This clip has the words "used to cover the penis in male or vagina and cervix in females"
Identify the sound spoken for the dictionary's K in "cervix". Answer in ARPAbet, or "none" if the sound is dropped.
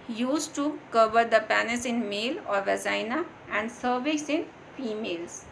none